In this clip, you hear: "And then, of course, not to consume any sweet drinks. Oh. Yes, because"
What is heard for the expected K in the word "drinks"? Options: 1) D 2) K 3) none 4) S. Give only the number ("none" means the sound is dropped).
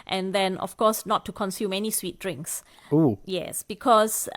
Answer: 2